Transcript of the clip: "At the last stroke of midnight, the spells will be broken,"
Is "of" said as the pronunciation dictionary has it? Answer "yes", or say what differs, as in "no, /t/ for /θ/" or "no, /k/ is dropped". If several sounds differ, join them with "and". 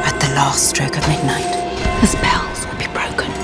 yes